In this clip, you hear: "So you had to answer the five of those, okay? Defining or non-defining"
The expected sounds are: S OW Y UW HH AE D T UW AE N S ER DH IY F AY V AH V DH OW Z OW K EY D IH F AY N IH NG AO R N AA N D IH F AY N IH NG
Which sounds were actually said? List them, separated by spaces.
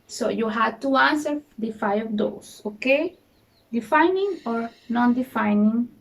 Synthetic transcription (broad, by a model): S OW Y UW HH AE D T UW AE N S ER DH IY F AY AH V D OW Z OW K EY D IH F AY N IH NG AO R N AA N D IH F AY N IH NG